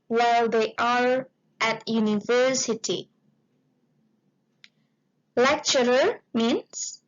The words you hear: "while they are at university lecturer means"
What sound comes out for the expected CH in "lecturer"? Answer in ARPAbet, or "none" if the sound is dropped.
CH